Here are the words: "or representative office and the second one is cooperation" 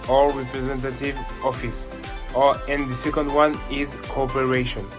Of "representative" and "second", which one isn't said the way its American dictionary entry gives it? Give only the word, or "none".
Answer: none